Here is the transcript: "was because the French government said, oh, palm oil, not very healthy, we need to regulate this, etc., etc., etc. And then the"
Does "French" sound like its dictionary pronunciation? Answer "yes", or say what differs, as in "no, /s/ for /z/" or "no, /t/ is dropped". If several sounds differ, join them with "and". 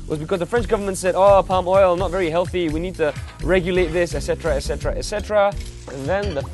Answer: yes